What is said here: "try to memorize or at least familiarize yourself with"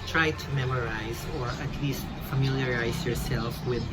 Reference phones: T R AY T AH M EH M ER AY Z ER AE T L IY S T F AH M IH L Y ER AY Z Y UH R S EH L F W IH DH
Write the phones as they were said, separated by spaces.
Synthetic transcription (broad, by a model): T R AY T AH M EH M ER AY Z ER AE T L IY S T F AH M IH L Y ER AY Z Y UH R S EH L F W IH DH